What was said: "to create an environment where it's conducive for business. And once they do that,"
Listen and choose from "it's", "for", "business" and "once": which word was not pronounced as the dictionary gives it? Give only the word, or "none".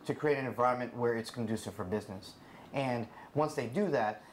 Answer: none